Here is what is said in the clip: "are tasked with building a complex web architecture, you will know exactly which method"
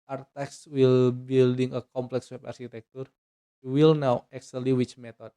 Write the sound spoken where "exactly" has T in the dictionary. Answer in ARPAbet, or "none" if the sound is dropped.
S